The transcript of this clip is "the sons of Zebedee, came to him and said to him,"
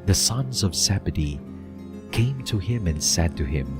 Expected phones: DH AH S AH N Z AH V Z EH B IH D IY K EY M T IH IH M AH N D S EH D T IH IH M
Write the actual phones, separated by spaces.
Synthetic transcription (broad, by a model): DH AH S AH N Z AH V S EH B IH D IY K EY M T IH IH M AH N S EH D T IH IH M